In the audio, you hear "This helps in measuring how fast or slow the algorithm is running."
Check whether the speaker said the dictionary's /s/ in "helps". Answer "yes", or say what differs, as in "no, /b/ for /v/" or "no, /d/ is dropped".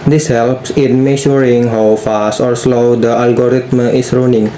yes